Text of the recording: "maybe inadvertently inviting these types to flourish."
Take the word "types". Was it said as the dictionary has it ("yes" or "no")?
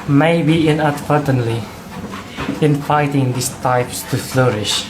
yes